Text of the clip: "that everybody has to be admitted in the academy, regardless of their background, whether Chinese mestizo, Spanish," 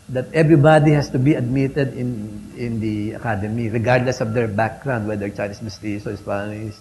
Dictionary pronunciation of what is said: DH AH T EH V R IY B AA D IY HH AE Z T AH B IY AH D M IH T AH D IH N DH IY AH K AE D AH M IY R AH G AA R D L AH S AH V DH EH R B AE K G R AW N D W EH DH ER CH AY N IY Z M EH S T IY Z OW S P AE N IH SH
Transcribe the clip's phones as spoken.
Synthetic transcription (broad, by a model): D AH T EH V R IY B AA D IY HH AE S T AH B IY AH D M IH T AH D IH N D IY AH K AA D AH M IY R AH G AA R D L AH S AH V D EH R B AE K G R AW N D W EH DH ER CH AY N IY S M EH S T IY S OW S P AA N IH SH